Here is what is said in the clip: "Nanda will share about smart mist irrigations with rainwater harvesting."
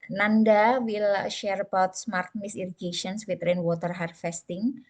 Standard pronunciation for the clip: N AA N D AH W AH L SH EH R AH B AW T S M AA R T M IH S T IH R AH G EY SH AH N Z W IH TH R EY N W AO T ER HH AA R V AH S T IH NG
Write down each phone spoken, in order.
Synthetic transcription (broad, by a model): N AA N D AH W AH L SH EH R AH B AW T S M AA R T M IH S IY R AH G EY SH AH N S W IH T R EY N W AO T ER HH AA R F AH S T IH NG